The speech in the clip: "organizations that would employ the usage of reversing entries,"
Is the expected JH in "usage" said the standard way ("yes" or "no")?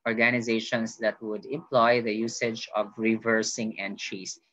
yes